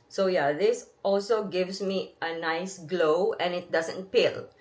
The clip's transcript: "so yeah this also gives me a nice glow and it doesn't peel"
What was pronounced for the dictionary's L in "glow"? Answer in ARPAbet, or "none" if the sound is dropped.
L